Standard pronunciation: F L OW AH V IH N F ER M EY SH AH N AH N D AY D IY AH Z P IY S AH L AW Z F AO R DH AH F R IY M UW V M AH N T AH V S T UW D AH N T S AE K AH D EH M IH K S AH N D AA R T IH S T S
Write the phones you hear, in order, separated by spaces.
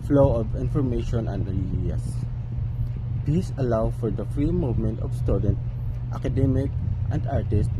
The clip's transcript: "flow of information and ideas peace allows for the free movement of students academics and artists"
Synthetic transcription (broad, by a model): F L OW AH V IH N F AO M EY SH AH N AH N D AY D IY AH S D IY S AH L AW F AO R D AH F R IY M UW V M AH N T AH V S T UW D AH N T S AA K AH D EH M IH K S AH N D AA R T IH S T